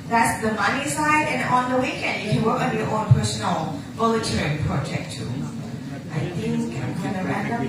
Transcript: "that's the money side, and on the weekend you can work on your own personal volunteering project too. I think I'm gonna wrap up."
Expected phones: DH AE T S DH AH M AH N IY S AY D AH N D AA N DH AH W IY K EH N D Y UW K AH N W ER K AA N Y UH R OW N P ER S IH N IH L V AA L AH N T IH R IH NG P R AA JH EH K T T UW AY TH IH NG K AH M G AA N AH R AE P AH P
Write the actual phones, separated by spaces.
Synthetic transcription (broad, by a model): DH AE T S DH AH M AH N IY S AY D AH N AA N DH AH W IY K EH N D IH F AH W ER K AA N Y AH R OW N P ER S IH N L B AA L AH T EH R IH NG P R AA JH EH K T T UW AY TH IH NG K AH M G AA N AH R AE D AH